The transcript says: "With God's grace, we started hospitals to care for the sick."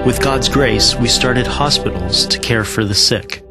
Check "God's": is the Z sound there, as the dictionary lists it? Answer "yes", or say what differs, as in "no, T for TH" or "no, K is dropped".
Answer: yes